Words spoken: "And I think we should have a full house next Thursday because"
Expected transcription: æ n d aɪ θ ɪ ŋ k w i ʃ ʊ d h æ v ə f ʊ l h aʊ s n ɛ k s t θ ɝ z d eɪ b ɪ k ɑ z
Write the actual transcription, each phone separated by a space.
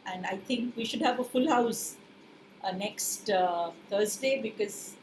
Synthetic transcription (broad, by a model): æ n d aɪ t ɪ ŋ k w i ʃ ʊ d h æ v ə f ʊ l h aʊ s n ɛ k s t t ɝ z d eɪ b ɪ k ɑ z